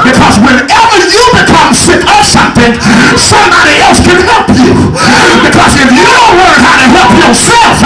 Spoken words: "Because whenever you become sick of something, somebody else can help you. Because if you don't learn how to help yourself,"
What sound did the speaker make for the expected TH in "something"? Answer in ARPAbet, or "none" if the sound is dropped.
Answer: TH